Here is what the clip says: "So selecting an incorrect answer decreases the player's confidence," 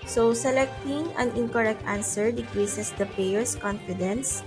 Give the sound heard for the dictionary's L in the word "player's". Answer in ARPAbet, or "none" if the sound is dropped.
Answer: none